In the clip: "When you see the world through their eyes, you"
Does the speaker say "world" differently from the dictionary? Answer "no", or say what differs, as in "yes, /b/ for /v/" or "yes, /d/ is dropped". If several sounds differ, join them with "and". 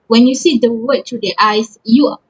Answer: yes, /l/ is dropped